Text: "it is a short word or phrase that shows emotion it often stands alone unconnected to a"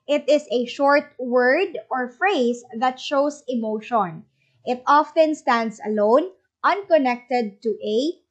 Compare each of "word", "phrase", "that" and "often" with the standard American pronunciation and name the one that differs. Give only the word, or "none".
phrase